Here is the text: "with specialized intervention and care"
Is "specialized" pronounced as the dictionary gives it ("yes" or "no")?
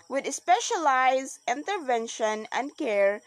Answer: no